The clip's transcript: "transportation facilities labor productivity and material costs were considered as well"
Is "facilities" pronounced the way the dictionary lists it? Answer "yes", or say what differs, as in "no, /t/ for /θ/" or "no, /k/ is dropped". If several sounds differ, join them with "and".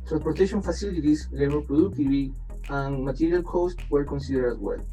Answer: no, /s/ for /z/